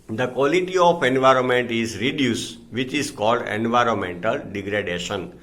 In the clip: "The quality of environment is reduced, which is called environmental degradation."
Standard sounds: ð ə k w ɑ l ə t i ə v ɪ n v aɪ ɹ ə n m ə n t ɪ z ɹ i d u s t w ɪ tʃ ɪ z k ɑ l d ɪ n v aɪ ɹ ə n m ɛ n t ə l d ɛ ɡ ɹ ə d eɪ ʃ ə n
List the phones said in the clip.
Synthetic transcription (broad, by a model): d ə k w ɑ l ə t i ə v ɪ n v aɪ ɹ ə n m ə n t ɪ z ɹ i d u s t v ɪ tʃ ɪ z k ɑ l d ɪ n v aɪ ɹ ə n m ɛ n t ə l d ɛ ɡ ɹ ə d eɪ ʃ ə n